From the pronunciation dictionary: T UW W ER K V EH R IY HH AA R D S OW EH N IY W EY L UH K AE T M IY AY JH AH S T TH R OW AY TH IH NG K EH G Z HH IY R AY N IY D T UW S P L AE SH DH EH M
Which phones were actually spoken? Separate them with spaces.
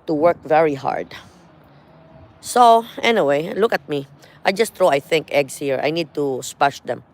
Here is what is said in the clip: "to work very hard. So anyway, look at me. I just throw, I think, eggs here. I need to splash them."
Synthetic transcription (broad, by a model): T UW W ER K V EH R IY HH AA R D S OW EH N IY W EY L UH K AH T M IY AY JH AH S T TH R OW AY TH IH NG K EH G S HH IY R AY N IY D T UW S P AA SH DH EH M